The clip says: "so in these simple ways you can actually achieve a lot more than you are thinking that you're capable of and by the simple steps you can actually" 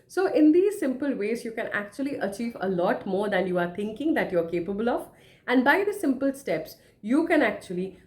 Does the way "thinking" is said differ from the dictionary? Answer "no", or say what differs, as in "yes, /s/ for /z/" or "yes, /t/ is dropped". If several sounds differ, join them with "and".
yes, /t/ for /θ/